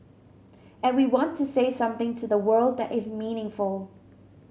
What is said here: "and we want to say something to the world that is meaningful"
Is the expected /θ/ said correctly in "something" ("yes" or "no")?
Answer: yes